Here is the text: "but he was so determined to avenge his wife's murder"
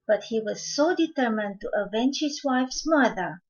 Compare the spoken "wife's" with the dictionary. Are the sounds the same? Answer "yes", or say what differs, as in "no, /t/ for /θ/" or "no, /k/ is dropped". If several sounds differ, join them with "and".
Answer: yes